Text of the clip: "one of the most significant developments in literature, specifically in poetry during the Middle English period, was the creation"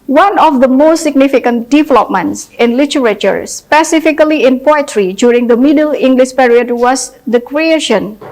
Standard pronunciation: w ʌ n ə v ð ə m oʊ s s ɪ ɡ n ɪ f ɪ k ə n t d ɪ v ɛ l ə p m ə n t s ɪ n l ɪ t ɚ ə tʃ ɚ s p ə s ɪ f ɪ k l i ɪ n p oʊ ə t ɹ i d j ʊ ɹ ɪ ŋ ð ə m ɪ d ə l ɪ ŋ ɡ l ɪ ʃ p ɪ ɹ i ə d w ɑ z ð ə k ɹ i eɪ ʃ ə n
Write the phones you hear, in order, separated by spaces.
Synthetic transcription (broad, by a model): w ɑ n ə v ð ə m oʊ s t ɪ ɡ n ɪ f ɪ k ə n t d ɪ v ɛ l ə p m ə n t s ɪ n l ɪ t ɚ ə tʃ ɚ s p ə s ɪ f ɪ k l i ɪ n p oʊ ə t ɹ i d j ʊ ɹ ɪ ŋ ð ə m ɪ d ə l ɪ ŋ ɡ l ɪ ʃ p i ɹ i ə d w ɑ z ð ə k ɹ i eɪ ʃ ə n